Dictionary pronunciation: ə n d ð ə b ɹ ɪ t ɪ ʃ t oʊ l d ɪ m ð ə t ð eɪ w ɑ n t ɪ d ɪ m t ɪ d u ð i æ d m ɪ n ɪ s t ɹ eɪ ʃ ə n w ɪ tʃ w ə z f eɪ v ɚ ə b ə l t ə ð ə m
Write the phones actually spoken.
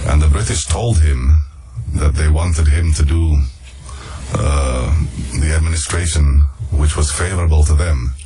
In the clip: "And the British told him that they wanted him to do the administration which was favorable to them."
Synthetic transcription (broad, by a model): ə n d ð ə b ɹ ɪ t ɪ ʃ t oʊ l d ɪ m ð ə t ð eɪ w ɑ n t ɪ d ɪ m t ɪ d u ð i æ d m ɪ n ɪ s t ɹ eɪ ʃ ə n w ɪ tʃ w ə z f eɪ v ɚ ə b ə l t ə ð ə m